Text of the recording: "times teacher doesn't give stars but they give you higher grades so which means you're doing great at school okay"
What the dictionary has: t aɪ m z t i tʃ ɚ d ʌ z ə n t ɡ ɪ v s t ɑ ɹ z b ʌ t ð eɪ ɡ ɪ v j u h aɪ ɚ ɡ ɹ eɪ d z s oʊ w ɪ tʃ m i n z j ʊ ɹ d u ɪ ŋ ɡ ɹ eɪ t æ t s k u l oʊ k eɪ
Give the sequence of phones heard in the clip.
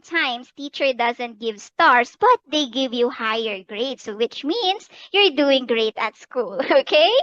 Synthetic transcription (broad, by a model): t aɪ m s t i tʃ ɚ d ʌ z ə n t ɡ ɪ v s t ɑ ɹ s b ʌ t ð eɪ ɡ ɪ v j u h aɪ ɚ ɡ ɹ eɪ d s oʊ w ɪ tʃ m i n s j ʊ ɹ d u ɪ ŋ ɡ ɹ eɪ t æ t s k u l oʊ k eɪ